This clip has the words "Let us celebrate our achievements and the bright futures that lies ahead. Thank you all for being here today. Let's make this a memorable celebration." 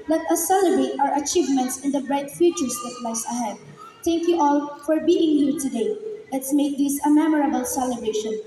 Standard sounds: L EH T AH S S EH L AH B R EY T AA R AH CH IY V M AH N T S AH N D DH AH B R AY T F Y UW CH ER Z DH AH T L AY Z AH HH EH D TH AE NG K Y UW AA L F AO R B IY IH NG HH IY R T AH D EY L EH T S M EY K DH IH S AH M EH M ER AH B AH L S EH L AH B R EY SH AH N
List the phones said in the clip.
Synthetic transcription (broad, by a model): L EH T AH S S EH L AH B R EY T AA R AH CH IY V M AH N T S AH N D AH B R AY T F Y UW CH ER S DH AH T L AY S AH HH EH D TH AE NG K Y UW AA L F AO R B IY IH NG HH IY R T AH D EY L EH T S M EY K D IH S AH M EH M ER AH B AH L S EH L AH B R EY SH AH N